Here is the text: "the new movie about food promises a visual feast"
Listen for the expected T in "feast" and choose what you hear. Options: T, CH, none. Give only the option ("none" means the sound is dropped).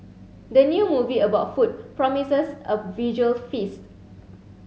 T